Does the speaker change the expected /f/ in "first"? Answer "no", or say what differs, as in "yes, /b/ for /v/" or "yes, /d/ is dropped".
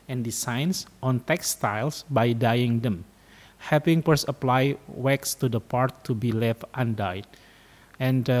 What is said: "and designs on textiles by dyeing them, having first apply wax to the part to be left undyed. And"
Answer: yes, /p/ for /f/